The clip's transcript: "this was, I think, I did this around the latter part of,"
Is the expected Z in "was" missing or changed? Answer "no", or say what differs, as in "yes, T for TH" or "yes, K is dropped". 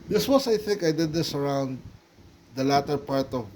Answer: yes, S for Z